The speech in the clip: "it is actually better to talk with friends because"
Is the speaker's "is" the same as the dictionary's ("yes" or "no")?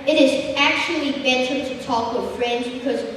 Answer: yes